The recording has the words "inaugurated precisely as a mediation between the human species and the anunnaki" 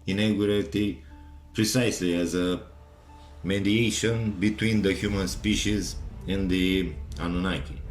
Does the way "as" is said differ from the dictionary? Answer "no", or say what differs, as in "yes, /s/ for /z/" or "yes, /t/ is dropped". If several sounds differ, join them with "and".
no